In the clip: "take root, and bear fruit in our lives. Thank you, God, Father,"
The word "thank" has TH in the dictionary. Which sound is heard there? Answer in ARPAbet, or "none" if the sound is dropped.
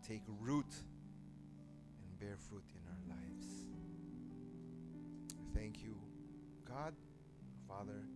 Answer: TH